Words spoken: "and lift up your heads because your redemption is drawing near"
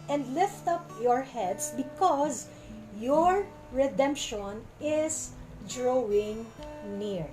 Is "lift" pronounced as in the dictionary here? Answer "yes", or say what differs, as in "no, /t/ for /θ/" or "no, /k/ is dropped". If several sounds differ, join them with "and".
yes